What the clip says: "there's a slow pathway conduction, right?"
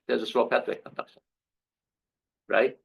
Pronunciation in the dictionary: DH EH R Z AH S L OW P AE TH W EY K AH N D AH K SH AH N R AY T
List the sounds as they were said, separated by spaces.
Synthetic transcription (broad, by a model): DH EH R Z AH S OW P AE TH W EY K AH N D AH K SH AH N R AY T